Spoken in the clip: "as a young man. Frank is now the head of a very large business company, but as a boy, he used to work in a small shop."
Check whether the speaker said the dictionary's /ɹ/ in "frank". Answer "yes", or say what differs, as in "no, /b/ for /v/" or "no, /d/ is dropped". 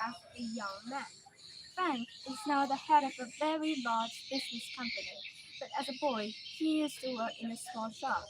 no, /ɹ/ is dropped